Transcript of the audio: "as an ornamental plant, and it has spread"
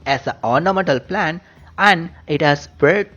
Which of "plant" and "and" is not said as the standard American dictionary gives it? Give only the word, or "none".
plant